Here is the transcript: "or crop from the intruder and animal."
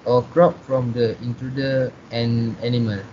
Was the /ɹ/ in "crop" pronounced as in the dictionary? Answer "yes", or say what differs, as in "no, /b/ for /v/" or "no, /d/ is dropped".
yes